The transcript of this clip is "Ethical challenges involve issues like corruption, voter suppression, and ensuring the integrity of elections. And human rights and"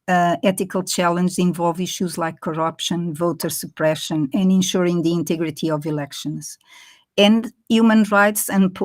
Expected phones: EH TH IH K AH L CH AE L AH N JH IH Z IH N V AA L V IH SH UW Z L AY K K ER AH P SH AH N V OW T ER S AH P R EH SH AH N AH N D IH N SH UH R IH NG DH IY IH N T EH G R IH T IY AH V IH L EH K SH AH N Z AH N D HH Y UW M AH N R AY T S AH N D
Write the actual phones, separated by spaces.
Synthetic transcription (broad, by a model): EH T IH K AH L CH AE L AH N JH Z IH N V AA L V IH SH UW Z L AY K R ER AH P SH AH N V OW T ER S AH P R EH SH AH N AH N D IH N SH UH R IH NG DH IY IH N T EH G R IH T IY AH V IH L EH K SH AH N Z AH N D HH Y UW M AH N R AY T S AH N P